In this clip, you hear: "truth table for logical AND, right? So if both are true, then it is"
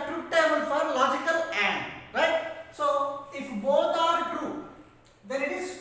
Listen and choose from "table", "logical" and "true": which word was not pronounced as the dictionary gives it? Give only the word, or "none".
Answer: table